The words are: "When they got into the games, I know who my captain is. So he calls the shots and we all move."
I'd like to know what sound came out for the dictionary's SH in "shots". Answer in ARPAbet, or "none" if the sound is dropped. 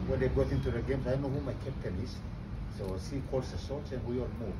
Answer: S